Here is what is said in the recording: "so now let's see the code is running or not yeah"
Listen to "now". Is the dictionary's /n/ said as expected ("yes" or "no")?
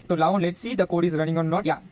no